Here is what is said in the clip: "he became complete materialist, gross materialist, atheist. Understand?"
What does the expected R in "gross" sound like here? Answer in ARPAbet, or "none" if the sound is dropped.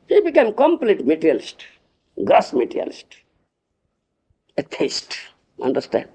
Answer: none